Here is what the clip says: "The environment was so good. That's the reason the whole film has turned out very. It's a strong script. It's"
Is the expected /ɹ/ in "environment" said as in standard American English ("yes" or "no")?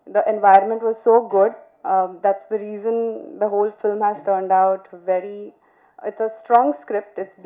yes